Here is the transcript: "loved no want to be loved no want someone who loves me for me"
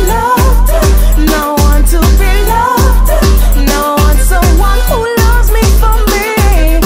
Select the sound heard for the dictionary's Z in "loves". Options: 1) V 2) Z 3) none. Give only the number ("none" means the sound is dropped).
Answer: 2